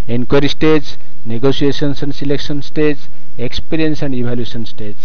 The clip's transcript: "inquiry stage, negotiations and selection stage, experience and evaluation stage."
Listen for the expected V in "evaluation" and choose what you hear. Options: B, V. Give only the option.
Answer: B